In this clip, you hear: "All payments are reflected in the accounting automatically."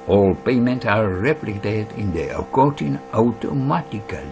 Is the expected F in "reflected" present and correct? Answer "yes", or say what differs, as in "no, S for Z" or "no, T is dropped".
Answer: no, P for F